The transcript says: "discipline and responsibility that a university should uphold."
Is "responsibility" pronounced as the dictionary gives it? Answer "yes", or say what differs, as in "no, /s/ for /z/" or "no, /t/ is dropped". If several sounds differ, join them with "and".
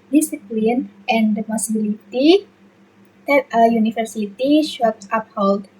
no, /s/ is dropped and /n/ is dropped